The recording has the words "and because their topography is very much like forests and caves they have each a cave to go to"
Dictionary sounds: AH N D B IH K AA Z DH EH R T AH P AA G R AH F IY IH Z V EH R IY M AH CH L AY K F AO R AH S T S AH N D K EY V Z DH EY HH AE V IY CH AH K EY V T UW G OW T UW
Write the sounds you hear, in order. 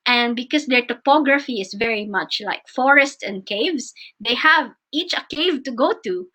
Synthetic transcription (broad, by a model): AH N D B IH K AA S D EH R T AH P AA G R AH F IY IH S V EH R IY M AH CH L AY K F AO R AH S T S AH N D K EY V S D EY HH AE V IY CH AH K EY V T UW G OW T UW